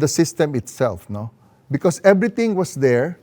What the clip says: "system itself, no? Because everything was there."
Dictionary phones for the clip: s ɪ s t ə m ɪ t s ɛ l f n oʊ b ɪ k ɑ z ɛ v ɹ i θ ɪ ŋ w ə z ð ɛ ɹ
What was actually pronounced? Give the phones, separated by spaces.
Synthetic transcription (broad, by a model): s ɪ s t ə m ɪ t s ɛ l f n oʊ b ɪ k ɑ s ɛ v ɹ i t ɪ ŋ w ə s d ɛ ɹ